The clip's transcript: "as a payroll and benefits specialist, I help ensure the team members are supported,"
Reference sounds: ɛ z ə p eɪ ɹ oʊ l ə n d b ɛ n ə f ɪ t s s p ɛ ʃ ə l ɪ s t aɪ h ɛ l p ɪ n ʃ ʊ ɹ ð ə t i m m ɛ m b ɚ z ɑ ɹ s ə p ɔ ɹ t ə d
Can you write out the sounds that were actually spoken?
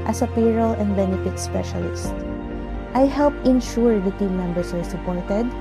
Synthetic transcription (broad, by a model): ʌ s ə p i ɹ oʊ l ə n d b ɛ n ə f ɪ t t s p ɛ ʃ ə l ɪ s t aɪ h ɛ l p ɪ n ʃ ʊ ɹ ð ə t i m m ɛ m b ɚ s ɑ ɹ s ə p ɔ ɹ t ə d